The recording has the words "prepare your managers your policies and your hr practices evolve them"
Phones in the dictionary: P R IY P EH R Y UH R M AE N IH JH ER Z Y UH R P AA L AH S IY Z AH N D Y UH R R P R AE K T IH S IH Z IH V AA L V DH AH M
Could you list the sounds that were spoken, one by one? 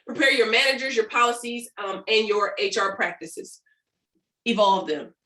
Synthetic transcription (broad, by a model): P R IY P EH R Y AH R M AE N IH JH ER Z Y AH R P AA L AH S IY Z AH N Y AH R R P R AE K T IH S IH Z IH V AA L V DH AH M